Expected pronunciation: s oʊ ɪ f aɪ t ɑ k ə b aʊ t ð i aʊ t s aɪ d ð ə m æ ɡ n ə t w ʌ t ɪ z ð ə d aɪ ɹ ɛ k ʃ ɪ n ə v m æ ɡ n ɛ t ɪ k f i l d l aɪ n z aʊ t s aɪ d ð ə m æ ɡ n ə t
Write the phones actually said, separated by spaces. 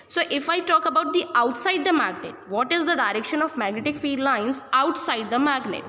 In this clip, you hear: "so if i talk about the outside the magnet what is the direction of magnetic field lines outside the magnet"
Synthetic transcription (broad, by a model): s oʊ ɪ f aɪ t ɑ k ə b aʊ t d i aʊ t s aɪ d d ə m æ ɡ n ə t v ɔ t ɪ z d ə d aɪ ɹ ɛ k ʃ ɪ n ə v m æ ɡ n ɛ t ɪ k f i d l aɪ n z aʊ t s aɪ d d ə m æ ɡ n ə t